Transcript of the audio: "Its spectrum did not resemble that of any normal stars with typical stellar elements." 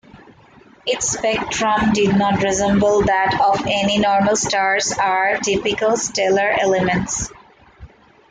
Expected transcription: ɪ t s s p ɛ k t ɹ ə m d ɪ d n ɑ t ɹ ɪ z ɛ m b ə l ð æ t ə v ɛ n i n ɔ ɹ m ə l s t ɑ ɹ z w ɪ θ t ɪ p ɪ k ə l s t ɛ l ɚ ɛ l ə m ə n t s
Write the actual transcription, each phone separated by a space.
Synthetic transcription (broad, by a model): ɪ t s s p ɛ k t ɹ ə m d ɪ d n ɑ t ɹ ɪ z ɛ m b ə l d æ t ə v ɛ n i n ɔ ɹ m ə l s t ɑ ɹ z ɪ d t ɪ p ɪ k ə l s t ɛ l ɚ ɛ l ə m ə n t s